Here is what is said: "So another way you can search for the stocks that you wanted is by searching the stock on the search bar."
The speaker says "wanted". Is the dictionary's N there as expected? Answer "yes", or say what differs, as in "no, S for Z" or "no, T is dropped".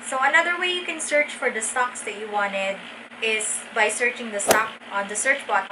yes